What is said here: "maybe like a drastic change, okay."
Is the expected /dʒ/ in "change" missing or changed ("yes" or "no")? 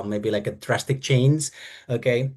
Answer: yes